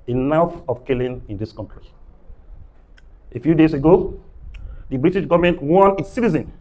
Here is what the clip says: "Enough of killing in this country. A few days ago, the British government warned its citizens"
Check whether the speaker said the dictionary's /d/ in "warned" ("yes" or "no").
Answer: no